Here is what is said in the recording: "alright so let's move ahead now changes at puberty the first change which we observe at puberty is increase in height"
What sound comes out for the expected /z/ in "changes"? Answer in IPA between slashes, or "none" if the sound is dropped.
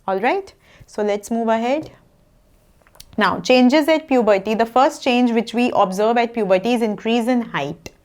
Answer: /z/